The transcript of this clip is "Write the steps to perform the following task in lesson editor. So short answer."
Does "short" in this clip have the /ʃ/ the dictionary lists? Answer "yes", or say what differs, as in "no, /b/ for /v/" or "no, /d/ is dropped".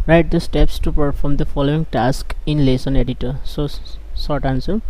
no, /s/ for /ʃ/